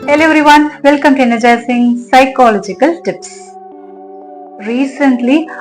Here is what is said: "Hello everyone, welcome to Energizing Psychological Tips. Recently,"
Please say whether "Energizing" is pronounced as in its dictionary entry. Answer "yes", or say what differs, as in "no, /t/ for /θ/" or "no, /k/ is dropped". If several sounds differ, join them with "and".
no, /s/ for /z/